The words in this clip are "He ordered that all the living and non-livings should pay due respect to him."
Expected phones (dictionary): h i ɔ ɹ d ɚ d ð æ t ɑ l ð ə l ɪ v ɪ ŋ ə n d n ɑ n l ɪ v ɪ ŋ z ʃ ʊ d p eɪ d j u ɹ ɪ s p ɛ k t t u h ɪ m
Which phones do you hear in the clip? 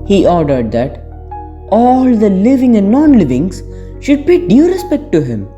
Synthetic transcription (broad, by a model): h i ɔ ɹ d ɚ d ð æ t ɑ l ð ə l ɪ v ɪ ŋ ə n d n ɑ n l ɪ v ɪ ŋ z ʃ ʊ d b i d j u ɹ ɪ s p ɛ k t t u h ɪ m